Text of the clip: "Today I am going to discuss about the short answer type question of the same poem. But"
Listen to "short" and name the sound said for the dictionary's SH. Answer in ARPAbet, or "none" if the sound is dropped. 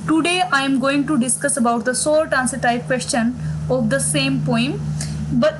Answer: S